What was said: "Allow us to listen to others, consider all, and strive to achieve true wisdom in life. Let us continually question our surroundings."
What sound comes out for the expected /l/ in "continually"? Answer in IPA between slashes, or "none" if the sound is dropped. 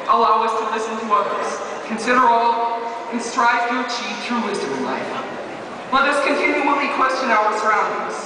/w/